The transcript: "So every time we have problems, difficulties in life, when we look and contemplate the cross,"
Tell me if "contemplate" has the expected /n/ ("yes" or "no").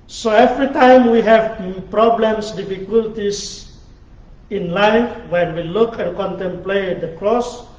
yes